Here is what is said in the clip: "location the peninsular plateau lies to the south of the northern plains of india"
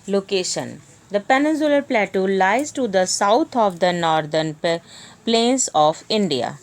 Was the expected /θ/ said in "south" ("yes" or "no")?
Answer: no